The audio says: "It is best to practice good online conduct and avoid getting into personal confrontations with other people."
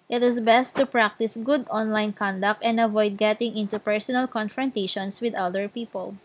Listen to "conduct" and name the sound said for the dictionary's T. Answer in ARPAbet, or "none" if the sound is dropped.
T